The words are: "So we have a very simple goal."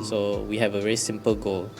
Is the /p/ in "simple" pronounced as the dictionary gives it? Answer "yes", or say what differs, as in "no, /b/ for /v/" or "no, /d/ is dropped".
yes